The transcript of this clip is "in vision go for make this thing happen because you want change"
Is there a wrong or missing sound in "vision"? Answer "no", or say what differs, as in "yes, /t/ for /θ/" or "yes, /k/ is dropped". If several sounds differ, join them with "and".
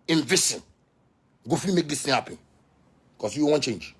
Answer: yes, /s/ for /ʒ/